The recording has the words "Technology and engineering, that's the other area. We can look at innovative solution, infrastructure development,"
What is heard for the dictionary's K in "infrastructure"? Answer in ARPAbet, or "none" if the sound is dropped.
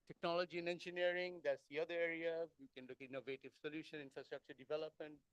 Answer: K